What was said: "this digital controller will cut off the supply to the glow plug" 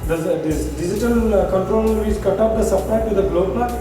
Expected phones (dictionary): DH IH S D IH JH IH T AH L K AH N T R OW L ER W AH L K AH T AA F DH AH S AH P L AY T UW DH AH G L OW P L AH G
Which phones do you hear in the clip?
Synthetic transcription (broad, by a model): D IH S D IH JH IH T AH L K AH N T R OW L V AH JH K AH T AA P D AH S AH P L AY T UW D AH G L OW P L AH